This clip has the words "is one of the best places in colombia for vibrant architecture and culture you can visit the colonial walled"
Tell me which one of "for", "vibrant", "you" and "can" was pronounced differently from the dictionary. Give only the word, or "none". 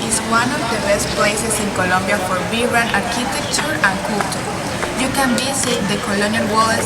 vibrant